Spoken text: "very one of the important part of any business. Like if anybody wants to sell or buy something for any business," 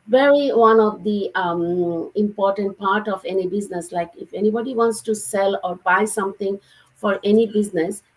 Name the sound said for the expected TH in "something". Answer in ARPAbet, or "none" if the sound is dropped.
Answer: T